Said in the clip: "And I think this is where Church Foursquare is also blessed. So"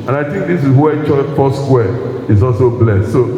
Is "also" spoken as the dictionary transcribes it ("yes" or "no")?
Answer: yes